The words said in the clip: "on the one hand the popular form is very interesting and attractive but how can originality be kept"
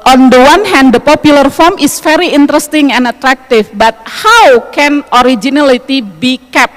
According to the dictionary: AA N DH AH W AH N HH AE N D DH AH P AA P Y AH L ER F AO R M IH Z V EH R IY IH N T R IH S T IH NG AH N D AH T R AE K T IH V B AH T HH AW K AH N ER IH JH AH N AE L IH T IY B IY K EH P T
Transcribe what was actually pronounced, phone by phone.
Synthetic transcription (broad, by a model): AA N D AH W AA N HH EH N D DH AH P AA P Y AH L ER F AO R M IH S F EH R IY IH N T R IH S T IH NG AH N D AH T R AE K T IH F B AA T HH AW K AH N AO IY JH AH N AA L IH T IY B IY K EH P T